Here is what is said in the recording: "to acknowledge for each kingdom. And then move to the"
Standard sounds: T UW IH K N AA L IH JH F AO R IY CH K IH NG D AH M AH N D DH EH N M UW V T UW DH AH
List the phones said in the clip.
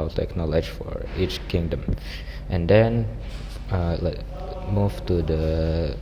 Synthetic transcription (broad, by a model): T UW IH K N AA L IH JH F AO R IY CH K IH NG D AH M AH N D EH N M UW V T UW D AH